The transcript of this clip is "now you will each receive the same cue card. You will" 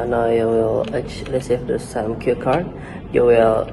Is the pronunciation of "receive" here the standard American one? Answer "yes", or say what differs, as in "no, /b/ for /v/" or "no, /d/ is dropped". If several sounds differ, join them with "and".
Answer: no, /l/ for /ɹ/